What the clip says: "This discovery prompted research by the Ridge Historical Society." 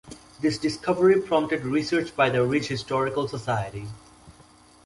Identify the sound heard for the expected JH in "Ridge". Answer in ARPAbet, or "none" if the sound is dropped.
CH